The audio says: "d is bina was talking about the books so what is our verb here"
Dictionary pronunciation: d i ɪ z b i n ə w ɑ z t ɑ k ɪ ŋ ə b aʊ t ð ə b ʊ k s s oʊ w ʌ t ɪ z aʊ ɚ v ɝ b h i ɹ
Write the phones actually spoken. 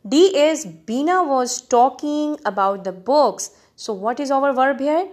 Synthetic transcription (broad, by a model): d i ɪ s b i n ə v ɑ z t ɑ k ɪ ŋ ə b aʊ t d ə b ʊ k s s oʊ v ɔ t ɪ z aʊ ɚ v ɝ b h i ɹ